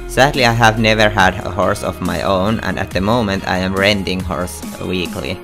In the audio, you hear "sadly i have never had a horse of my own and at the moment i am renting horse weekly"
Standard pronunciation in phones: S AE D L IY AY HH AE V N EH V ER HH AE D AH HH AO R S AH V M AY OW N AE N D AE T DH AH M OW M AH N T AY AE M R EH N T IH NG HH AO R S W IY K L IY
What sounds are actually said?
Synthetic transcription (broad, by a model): S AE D L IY AY HH AE V N EH V ER HH AE D AH HH AO R S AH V M AY OW N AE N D AE T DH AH M OW M AH N T AY AE M R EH N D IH NG HH AO R S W IY K L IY